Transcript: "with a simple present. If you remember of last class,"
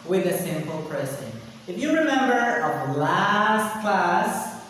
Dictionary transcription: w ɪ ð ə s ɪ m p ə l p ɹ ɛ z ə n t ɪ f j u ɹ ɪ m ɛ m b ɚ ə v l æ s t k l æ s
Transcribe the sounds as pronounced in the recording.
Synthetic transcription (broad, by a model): w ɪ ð ə s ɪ m p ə l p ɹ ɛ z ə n ɪ f j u ɹ ɪ m ɛ m b ɚ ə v l æ s t k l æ s